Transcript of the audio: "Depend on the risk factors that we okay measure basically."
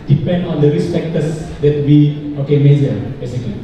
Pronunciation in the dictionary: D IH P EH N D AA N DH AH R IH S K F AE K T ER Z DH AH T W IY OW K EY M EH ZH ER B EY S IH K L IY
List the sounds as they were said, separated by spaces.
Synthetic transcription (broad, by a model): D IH P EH N D AA N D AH R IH S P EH K T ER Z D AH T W IY OW K EY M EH Z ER B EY S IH K L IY